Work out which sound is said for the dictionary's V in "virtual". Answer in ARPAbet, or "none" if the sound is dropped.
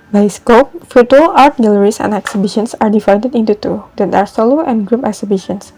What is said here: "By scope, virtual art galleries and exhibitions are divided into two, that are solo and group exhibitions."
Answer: F